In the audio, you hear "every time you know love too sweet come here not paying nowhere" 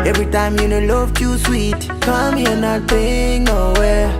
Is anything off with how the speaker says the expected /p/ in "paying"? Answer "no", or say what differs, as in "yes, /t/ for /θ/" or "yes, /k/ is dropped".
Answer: yes, /b/ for /p/